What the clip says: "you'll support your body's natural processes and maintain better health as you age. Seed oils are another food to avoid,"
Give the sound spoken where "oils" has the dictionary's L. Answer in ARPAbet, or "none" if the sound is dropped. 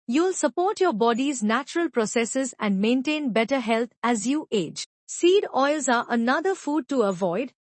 L